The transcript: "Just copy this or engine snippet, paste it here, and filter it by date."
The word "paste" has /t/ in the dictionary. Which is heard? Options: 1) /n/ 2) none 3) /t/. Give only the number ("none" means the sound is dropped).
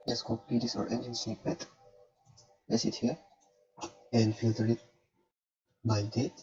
2